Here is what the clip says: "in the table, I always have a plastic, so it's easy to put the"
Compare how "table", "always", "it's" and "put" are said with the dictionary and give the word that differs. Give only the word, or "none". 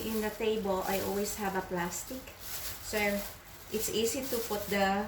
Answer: always